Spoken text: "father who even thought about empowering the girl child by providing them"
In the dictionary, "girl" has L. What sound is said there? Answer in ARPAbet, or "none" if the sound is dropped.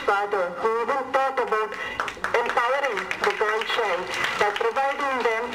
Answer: N